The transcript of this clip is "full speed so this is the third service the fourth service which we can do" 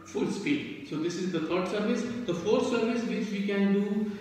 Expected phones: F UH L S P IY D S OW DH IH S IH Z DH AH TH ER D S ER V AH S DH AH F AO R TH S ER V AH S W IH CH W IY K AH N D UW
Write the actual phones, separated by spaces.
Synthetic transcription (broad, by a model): F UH L S P IY D S OW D IH S IH Z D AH T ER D S ER V AH S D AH F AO R T S ER V AH S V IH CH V IY K AH N D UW